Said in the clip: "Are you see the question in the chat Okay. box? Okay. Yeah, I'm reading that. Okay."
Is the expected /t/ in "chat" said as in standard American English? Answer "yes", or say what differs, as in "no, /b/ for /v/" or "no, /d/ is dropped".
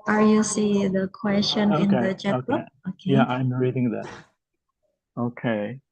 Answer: no, /t/ is dropped